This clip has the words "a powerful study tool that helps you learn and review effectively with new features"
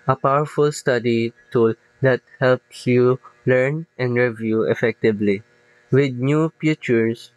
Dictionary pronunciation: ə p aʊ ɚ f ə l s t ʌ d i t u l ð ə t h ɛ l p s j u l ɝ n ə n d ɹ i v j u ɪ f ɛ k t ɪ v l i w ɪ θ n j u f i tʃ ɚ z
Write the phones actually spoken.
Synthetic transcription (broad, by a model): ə p aʊ ɚ f ə l s t ʌ d i t u l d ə t h ɛ l p s j u l ɝ n ə n d ɹ i v j u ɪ f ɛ k t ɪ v l i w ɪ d n j u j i tʃ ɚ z